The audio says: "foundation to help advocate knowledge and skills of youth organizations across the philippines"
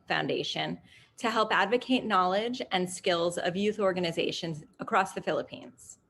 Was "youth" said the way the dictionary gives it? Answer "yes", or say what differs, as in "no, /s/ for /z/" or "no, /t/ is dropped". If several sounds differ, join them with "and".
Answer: yes